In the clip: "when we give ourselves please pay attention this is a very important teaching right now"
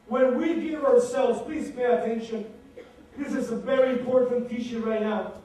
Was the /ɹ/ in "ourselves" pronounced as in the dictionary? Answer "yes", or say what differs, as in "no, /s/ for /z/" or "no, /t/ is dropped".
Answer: yes